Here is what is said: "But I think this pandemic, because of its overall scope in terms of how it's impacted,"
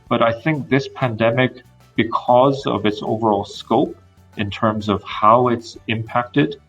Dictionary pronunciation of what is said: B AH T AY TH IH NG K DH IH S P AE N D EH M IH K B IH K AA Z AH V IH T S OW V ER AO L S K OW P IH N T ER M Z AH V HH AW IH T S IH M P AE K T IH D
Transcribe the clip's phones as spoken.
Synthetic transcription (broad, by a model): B AH T AY TH IH NG K DH IH S P AE N D EH M IH K B IH K AA Z AH V IH T S OW V ER AO L S K OW P IH N T ER M Z AH V HH AW IH T S IH M P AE K T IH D